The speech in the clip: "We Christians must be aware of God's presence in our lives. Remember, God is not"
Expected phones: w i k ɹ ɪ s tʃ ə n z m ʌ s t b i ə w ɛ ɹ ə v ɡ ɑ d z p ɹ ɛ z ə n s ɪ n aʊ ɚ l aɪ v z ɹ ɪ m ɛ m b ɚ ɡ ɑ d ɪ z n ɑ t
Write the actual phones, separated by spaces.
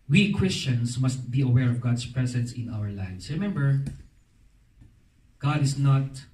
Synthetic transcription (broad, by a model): w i k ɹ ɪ s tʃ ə n s m ʌ s t b i ə w ɛ ɹ ə v ɡ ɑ d s p ɹ ɛ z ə n s ɪ n aʊ ɚ l aɪ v s ɹ ɪ m ɛ m b ɚ ɡ ɑ d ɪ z n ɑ t